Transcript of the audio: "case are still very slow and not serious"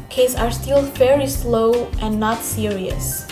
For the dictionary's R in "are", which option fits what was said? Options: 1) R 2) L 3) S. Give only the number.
1